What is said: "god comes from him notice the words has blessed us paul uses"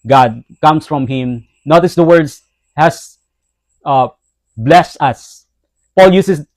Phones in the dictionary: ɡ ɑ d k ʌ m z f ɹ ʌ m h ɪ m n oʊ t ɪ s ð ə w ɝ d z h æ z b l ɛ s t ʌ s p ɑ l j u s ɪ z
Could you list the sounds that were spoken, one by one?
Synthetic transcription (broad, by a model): ɡ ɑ d k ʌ m s f ɹ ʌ m h ɪ m n oʊ t ɪ s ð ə w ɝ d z h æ s b l ɛ s t ʌ s p ɑ l j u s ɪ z